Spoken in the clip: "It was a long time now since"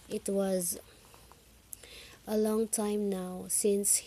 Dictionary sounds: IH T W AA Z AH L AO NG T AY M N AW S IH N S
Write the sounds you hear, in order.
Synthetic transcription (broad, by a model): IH T W AA Z AH L AO NG T AY M N AW S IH N S